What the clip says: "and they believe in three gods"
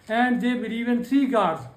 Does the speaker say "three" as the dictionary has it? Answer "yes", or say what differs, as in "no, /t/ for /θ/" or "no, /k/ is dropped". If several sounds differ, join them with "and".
no, /t/ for /θ/